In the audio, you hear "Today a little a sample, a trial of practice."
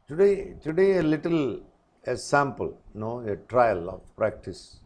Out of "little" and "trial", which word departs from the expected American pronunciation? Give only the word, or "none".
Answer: none